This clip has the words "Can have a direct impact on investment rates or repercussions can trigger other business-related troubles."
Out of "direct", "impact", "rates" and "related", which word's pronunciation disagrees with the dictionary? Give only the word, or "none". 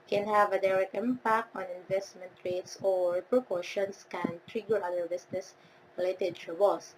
none